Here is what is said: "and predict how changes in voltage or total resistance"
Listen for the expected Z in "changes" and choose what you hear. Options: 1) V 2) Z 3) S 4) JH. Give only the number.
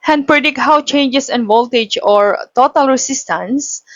3